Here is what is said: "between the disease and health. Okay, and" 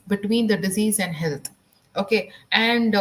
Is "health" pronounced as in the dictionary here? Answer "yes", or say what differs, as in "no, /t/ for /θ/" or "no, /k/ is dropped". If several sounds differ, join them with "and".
no, /t/ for /θ/